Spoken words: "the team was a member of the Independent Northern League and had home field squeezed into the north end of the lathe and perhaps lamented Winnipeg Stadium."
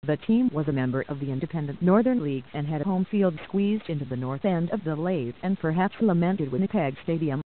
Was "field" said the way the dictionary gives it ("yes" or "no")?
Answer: yes